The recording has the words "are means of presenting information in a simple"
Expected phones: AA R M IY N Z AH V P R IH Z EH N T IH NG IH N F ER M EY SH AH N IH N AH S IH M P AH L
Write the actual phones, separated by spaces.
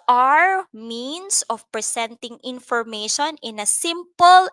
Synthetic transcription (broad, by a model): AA R M IY N S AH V P R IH S EH N T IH NG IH N F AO M EY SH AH N IH N AH S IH M P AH L